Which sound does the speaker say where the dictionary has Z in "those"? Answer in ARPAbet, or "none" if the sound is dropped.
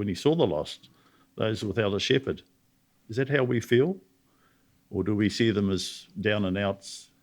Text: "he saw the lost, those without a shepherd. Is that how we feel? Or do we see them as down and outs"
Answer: Z